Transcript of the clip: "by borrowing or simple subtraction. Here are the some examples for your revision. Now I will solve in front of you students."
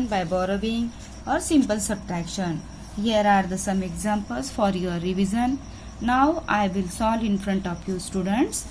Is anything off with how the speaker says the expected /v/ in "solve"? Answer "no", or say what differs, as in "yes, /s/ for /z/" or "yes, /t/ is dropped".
yes, /v/ is dropped